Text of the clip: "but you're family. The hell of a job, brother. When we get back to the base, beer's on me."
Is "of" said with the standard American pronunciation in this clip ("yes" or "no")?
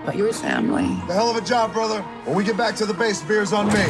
yes